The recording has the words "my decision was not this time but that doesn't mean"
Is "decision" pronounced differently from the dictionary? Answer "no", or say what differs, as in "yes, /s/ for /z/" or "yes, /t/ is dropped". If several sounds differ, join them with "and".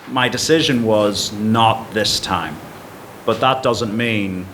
no